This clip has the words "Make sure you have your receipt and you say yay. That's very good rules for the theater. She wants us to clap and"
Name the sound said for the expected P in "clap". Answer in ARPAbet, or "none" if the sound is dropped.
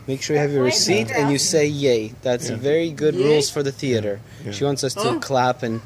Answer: P